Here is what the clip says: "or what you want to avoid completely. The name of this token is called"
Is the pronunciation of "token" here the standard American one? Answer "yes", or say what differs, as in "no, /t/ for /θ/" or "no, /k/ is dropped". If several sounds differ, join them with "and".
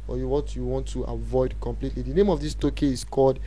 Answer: no, /n/ is dropped